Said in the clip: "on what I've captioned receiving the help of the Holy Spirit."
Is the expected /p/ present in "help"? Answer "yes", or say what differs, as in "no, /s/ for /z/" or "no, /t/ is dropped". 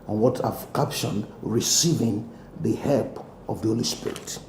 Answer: yes